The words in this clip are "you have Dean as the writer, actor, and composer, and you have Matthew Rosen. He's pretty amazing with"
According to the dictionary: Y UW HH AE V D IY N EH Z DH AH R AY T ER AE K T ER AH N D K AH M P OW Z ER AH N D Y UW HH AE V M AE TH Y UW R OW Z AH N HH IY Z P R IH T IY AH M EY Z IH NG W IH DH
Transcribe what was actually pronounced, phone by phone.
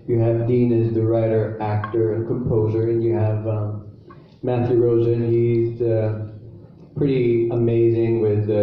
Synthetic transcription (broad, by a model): Y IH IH V D IY N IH Z DH AH R AY T ER AE K T ER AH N K AH M P OW Z ER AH N Y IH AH V M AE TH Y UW R OW Z AH N HH IY Z P R IH T IY AH M EY Z IH NG W IH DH